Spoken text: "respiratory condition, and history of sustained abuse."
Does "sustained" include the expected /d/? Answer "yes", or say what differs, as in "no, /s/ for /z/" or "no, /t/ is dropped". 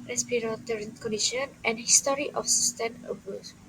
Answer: no, /d/ is dropped